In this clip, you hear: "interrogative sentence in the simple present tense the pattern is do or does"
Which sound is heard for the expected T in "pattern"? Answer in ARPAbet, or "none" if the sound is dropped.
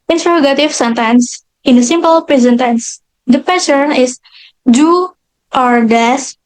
S